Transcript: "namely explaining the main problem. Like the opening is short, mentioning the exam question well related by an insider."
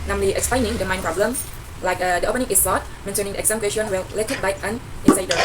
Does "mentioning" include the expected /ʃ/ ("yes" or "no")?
no